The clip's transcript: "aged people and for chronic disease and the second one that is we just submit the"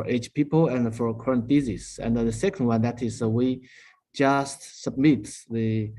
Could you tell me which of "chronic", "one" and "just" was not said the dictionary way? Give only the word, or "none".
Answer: chronic